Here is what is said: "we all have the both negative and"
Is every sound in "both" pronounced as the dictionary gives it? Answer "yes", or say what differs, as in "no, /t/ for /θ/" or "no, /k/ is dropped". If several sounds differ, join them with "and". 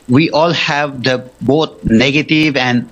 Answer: no, /t/ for /θ/